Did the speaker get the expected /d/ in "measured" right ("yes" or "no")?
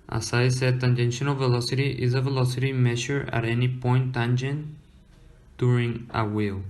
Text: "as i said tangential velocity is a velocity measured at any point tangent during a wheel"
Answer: no